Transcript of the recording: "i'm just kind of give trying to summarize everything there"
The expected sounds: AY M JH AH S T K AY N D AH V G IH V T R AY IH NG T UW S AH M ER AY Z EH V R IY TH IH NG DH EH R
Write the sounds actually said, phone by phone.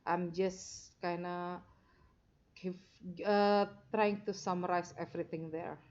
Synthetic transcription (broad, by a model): AY M JH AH S K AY N AH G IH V T R AY IH NG T UW S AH M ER AY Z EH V R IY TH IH NG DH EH R